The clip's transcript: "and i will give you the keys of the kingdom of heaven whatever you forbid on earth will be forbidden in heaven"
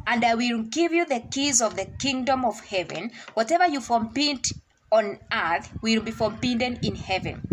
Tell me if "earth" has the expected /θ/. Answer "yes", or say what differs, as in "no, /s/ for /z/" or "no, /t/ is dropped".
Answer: yes